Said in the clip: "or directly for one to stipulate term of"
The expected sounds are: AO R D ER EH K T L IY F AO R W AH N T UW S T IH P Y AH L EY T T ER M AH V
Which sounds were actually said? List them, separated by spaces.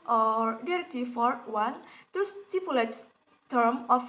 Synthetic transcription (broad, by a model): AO R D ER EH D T IY F AO R W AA N T UW S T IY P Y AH L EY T T ER M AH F